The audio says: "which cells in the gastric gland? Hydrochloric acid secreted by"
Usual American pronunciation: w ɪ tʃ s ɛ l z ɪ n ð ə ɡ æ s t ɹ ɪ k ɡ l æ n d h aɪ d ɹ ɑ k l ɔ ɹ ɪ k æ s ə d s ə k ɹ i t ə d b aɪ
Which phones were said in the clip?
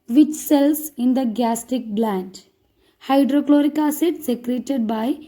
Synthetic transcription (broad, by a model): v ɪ tʃ s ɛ l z ɪ n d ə ɡ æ s t ɪ k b l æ n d h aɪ d ɹ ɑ k l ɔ ɹ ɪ k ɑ s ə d s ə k ɹ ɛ t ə d b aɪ